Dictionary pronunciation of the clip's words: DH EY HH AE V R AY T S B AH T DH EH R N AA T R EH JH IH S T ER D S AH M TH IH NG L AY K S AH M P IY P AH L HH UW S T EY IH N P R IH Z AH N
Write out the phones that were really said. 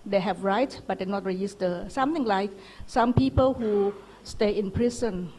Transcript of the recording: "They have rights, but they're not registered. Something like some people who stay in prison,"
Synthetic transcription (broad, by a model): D EY HH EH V R AY T B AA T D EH N AA T R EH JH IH S T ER S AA M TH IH NG L AY K S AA M P IY P AH L HH UW S T EY IH N P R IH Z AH N